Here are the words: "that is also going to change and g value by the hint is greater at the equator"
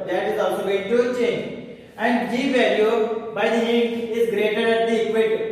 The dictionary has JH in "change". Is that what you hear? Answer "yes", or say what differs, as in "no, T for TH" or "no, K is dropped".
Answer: no, JH is dropped